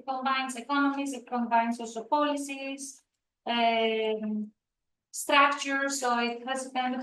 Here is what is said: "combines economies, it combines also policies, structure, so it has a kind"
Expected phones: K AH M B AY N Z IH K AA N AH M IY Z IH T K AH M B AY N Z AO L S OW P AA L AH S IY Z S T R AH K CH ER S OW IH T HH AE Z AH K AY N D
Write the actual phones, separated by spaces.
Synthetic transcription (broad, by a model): K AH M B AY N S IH K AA N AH M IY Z IH T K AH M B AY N S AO S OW P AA L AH S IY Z S T R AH K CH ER S OW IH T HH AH S AH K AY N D